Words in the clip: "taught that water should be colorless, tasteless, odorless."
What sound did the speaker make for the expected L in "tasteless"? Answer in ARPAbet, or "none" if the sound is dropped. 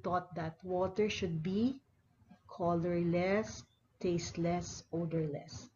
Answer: L